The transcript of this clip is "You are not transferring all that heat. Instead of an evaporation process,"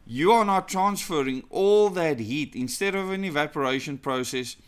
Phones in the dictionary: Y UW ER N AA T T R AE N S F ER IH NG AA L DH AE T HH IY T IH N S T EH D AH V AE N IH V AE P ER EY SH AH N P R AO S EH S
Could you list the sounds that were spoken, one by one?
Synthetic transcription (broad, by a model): Y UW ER N AA T T R AE N S F ER IH NG AA L DH AE T HH IY T IH N S T EH D AH V AE N IH V AE P ER EY SH AH N P R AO S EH S